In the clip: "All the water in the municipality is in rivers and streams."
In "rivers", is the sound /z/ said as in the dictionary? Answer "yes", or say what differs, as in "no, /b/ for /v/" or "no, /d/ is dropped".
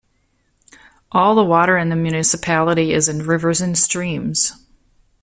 yes